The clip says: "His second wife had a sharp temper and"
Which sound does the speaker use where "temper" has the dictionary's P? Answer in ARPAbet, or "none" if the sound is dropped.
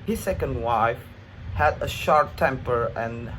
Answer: P